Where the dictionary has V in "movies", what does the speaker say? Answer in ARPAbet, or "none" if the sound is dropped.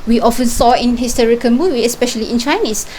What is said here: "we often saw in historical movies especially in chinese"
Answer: W